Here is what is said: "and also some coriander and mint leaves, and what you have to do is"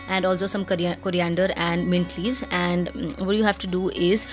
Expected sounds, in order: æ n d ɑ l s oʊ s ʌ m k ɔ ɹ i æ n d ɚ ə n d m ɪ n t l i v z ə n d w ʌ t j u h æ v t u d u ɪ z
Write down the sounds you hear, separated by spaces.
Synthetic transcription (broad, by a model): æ n d ɑ l s oʊ s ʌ m k ɔ ɹ i æ n d ɚ ə n d m ɪ n t l i v z ə n d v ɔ t j u h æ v t u d u ɪ z